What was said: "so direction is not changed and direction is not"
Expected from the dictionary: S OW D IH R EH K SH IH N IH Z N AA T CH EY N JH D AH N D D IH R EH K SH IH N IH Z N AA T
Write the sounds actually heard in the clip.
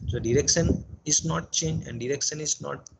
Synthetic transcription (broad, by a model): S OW D IH R EH K SH IH N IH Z N AA T CH EY N JH AH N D D IH R EH K SH IH N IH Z N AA T